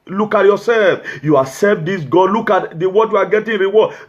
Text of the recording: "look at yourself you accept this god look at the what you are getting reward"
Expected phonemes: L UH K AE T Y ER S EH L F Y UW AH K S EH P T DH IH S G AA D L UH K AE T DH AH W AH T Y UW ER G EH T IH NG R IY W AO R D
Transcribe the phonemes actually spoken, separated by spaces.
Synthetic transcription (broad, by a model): L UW K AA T Y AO S EH L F Y UW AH S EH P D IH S G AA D L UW K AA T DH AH W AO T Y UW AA G EH T IH NG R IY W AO